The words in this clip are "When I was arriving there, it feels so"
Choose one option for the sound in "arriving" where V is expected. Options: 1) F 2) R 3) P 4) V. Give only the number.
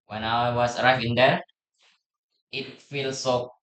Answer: 1